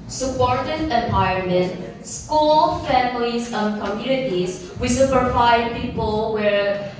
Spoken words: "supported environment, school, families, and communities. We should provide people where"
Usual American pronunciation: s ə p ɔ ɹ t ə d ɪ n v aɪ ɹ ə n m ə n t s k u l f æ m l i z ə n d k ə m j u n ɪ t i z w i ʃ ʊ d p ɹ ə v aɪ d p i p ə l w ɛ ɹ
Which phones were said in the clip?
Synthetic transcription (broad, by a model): s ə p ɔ ɹ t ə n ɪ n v aɪ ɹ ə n m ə n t s k u l f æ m l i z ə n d k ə m j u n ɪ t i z w i s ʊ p ə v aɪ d p i p ə l w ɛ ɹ